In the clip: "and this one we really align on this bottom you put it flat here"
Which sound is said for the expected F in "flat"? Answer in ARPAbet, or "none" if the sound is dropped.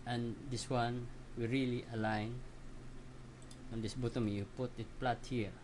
P